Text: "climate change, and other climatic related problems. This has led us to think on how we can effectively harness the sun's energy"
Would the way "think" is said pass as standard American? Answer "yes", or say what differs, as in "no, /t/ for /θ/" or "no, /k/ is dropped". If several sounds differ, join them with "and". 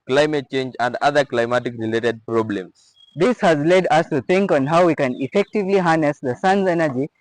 no, /t/ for /θ/